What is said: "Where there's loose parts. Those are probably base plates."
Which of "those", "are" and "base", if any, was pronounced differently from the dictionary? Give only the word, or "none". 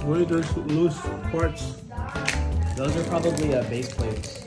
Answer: none